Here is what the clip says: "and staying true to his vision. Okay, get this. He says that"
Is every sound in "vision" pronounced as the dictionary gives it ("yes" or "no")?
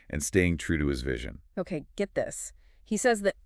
yes